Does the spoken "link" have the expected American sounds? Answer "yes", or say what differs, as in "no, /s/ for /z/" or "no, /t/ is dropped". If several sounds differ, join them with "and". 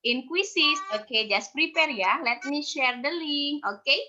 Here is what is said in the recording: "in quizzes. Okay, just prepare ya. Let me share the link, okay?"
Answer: no, /k/ is dropped